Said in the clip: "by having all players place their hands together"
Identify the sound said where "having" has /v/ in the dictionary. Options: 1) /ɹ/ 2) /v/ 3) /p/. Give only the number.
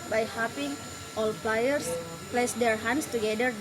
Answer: 3